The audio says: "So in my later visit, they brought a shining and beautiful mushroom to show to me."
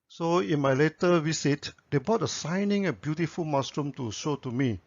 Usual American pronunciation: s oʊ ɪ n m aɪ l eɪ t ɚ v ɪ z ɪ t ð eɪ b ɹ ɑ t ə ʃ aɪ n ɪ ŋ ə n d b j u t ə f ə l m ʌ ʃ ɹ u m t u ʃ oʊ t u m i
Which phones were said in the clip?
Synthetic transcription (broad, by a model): s oʊ ɪ n m aɪ l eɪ t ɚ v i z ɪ t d eɪ b ɑ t ə s aɪ n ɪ ŋ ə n b j u t ə f ə l m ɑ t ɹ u m t u ʃ oʊ t u m i